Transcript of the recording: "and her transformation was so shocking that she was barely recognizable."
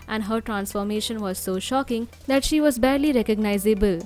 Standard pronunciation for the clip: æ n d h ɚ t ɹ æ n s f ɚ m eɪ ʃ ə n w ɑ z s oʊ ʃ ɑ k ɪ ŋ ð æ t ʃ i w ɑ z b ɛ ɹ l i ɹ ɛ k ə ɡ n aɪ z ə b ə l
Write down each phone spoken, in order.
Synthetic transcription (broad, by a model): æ n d h ɚ t ɹ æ n s f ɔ m eɪ ʃ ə n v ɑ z s oʊ ʃ ɑ k ɪ ŋ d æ t ʃ i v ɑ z b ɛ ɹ l i ɹ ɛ k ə ɡ n aɪ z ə b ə l